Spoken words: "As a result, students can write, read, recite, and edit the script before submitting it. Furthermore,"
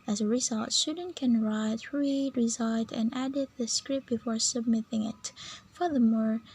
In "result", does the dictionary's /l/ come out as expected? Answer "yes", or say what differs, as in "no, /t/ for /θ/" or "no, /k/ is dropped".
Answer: yes